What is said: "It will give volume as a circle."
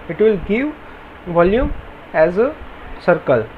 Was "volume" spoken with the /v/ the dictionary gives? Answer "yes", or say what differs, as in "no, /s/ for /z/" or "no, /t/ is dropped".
yes